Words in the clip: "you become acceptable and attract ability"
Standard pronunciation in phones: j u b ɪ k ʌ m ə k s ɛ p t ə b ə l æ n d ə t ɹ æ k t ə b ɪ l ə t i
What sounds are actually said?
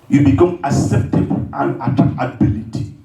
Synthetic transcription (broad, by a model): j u b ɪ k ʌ m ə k s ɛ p t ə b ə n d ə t ɑ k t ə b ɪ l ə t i